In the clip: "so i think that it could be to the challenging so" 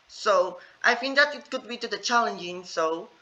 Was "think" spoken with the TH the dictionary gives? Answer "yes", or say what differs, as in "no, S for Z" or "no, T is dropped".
no, F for TH